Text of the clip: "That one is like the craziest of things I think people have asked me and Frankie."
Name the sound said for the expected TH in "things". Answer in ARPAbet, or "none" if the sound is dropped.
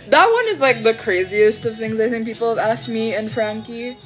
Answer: TH